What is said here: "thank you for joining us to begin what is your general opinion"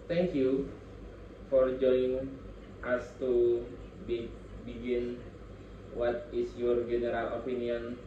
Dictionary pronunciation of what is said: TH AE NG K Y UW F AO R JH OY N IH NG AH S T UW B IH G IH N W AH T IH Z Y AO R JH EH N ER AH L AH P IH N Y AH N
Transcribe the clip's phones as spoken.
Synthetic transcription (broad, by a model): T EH NG K Y UW F AO R JH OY IH NG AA S T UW B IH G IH N W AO T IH S Y AO R JH EH N ER AH L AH P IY N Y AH N